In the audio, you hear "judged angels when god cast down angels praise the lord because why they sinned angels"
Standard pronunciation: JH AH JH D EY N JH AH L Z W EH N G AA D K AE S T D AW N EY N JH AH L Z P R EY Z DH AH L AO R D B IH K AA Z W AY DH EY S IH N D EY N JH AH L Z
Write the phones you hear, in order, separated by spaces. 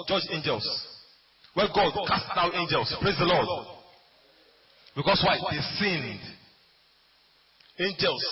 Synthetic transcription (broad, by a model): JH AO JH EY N JH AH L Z W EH G AA D K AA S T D AW EY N JH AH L S P R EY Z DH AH L AO D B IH K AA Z W AY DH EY S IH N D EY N JH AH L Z